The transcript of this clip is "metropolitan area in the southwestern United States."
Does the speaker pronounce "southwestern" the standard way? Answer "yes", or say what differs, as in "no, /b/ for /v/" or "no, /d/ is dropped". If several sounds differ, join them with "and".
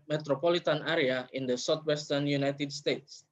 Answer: no, /t/ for /θ/